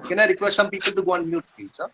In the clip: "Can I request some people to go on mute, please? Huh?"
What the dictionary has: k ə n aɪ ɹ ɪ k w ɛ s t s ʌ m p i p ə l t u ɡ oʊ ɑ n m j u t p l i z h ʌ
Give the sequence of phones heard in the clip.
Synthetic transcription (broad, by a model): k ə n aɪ ɹ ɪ k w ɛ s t s ʌ m p i p ə l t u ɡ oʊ ɑ n m j u t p i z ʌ